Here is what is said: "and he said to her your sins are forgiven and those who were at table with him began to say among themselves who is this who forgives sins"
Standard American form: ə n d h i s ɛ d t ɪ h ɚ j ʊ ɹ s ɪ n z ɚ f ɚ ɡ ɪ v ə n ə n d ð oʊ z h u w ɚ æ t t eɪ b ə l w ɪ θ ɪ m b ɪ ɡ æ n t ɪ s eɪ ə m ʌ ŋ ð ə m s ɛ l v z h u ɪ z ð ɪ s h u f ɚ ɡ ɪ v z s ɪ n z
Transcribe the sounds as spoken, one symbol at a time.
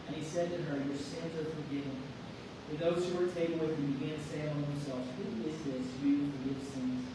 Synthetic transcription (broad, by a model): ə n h i s ɛ d t ɪ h ɚ j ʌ ɹ s ɪ n z ɚ f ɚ ɡ ɪ v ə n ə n ð oʊ z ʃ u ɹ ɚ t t eɪ ə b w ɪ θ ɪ b ɪ ɡ æ n t ɪ s eɪ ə ʌ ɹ s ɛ l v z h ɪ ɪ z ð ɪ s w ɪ f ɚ ɡ ɪ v s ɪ n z